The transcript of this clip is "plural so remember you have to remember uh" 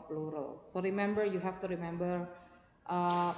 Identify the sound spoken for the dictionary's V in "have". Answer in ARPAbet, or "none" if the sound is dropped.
F